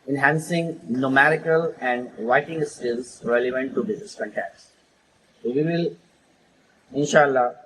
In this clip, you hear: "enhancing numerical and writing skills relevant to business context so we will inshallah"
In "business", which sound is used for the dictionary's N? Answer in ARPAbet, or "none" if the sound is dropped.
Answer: none